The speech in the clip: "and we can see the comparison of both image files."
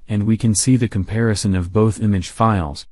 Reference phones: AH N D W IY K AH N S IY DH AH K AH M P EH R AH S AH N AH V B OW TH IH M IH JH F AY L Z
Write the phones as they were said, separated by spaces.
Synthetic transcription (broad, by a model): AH N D W IY K AH N S IY DH AH K AH M P EH R AH S AH N AH V B OW TH IH M IH JH F AY L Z